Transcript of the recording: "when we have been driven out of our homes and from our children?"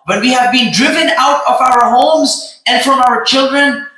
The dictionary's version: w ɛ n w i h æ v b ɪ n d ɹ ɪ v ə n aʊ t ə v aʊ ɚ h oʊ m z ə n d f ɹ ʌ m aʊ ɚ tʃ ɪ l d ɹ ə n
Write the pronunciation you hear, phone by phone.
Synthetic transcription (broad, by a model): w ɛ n w i h æ v b ɪ n d ɹ ɪ v ə n aʊ t ə v aʊ ɚ h oʊ m z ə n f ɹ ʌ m aʊ ɚ tʃ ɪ l d ɹ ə n